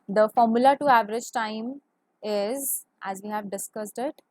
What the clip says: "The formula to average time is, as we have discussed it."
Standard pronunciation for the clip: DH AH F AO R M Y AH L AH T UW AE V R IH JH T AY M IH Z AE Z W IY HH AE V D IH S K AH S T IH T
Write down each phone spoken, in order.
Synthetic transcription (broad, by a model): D AH F AO R M Y AH L AH T UW AE V R IH JH T AY M IH Z AE Z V IY HH AE V D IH S K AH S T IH T